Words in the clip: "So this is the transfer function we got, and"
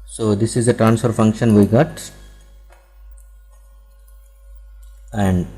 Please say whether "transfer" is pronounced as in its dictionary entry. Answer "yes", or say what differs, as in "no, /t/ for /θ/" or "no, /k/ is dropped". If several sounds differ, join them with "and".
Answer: yes